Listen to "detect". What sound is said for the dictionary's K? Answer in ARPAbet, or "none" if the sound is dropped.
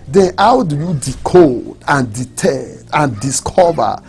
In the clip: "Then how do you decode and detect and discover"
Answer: none